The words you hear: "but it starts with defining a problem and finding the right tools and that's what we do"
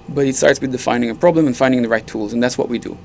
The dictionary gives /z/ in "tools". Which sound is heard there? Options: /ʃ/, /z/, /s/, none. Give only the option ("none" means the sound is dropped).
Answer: /z/